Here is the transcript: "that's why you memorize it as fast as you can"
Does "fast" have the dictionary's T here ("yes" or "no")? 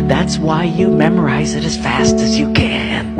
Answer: yes